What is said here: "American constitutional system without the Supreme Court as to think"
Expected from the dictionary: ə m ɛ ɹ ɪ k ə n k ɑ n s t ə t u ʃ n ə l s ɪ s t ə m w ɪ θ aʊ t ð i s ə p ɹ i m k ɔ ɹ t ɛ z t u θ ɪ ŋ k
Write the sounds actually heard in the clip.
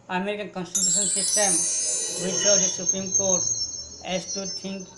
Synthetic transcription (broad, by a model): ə m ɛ ɹ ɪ k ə n k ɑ n s t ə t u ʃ ə n s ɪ s t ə m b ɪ s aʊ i s ə p ɹ i m k ɔ ɹ t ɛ s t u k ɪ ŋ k